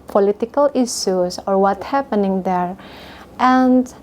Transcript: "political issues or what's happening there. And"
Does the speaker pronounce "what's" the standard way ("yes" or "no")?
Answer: no